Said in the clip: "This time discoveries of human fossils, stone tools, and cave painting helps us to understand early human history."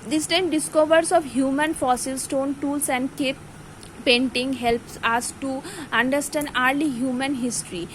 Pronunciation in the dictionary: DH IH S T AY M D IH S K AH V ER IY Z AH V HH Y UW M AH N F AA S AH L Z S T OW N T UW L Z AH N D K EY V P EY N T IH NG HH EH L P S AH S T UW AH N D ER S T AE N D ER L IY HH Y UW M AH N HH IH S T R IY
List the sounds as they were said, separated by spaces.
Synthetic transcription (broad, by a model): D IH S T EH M D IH S K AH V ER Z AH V HH Y UW M AH N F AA S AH L S T OW N T UW L S AH N D K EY P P EY N T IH NG HH EH L P S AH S T UW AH N D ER S T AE N D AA L IY HH Y UW M AH N HH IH S T R IY